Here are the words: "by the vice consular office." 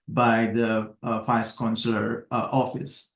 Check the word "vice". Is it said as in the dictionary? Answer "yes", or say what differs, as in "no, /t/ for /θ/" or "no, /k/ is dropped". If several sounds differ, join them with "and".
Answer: no, /f/ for /v/